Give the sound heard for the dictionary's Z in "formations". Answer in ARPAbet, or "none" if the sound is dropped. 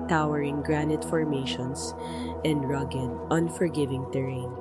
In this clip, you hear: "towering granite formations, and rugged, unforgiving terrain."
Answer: S